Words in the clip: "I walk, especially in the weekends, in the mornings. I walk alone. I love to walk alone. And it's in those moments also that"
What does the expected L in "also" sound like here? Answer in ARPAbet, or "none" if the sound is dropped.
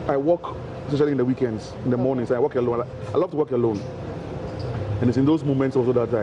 none